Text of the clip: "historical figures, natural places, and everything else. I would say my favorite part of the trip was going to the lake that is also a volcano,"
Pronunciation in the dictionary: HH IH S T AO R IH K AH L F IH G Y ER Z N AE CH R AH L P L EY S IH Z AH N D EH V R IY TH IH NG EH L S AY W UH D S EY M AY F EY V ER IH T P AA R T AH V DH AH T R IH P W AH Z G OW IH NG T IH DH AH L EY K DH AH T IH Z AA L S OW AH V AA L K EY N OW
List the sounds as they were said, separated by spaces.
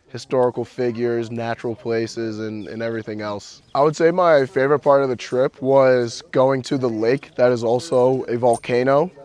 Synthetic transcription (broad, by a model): HH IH S T AO R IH K L F IH G Y ER Z N AE CH R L P L EY S IH Z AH N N EH V R IY TH IH NG EH L S AY W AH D S EY M AY F EY V ER IH T P AA R T AH V DH AH T R IH P W AH Z G OW IH NG T IH DH AH L EY K DH AH T IH Z AA L S OW AH V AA L K EY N OW